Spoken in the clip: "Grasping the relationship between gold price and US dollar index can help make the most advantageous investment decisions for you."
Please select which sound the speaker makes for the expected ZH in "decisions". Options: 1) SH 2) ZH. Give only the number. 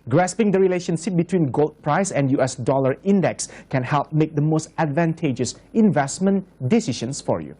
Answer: 1